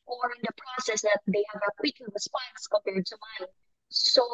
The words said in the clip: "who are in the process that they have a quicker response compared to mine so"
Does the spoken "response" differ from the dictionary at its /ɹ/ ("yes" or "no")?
yes